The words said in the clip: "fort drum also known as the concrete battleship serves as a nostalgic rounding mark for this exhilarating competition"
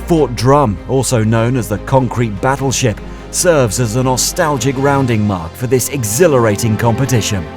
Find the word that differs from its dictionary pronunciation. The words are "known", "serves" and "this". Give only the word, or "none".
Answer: none